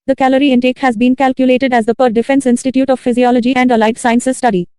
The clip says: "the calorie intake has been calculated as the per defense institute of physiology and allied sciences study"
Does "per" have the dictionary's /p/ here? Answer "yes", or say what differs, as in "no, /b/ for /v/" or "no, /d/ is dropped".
yes